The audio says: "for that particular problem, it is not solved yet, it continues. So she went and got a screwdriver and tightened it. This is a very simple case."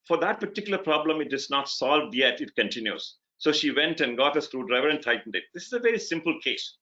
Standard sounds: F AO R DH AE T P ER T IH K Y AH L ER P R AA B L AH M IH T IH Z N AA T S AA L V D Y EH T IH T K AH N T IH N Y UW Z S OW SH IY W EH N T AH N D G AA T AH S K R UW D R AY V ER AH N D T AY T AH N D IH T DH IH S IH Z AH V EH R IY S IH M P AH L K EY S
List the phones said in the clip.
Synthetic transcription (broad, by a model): F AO R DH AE T P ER T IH K Y L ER P R AA B L AH M IH T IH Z N AA T S AA L V D Y EH T IH T K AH N T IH N Y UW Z S OW SH IY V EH N T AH N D G AA T AH S K R UW D R AY V ER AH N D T AY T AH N D IH T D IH S IH Z AH V EH R IY S IH M P AH L K EY S